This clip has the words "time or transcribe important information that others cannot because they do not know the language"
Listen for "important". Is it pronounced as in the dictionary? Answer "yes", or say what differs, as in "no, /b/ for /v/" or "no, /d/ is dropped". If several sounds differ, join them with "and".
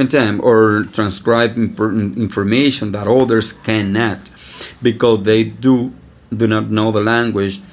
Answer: no, /f/ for /p/